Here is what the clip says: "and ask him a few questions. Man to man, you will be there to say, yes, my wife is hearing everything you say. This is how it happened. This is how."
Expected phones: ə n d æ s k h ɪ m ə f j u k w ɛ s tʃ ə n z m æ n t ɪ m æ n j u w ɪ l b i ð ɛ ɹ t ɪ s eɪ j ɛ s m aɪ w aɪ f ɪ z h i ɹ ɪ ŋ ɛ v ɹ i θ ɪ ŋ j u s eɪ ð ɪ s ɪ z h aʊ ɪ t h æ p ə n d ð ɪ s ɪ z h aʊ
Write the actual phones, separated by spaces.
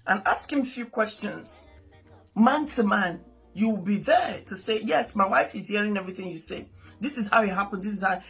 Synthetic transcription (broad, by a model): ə n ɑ s k h ɪ m ə f j u k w ɛ s tʃ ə n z m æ n t ɪ m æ n j u w ɪ l b i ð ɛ ɹ t ɪ s eɪ j ɛ s m aɪ w aɪ f ɪ z h i ɹ ɪ ŋ ɛ v ɹ i θ ɪ ŋ j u s eɪ ð ɪ s ɪ z h aʊ ɪ t h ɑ p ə n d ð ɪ s ɪ z h aʊ